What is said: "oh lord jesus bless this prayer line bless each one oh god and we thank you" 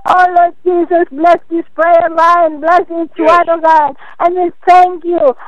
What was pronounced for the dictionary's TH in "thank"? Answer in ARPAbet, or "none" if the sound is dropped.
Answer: T